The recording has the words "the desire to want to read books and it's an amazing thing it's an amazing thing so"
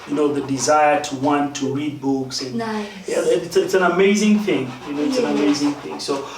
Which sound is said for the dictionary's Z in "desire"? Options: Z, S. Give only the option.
Z